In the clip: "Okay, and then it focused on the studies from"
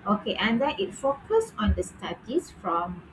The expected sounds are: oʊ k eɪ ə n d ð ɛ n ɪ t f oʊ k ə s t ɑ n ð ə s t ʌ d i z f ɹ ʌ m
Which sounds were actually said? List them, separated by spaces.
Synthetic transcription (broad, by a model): oʊ k eɪ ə n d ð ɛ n ɪ t f oʊ k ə s ɑ n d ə s t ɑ d i s f ɹ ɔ m